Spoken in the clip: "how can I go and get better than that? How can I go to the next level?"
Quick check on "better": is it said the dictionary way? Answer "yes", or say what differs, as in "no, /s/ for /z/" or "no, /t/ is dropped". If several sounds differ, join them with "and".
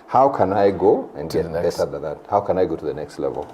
no, /s/ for /t/